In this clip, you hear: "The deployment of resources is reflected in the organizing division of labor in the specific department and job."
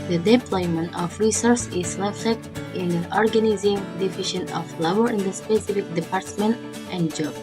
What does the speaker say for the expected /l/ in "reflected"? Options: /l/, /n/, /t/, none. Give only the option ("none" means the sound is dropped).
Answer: none